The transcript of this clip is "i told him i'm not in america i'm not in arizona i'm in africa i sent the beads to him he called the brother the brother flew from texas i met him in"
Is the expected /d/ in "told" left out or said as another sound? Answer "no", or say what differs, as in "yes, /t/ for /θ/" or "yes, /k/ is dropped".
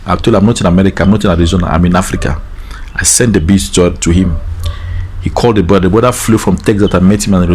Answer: yes, /d/ is dropped